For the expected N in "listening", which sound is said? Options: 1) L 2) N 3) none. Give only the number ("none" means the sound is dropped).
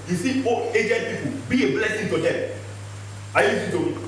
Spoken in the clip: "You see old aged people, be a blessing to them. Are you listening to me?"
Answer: 3